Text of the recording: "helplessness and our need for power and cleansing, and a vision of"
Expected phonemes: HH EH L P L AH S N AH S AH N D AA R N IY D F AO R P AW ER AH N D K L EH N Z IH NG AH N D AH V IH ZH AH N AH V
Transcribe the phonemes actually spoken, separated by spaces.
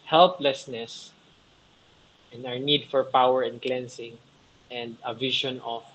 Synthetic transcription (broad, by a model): HH EH L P L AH S N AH S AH N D AA R N IY D F AO R P AW ER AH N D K L EH N S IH NG AH N D AH V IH SH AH N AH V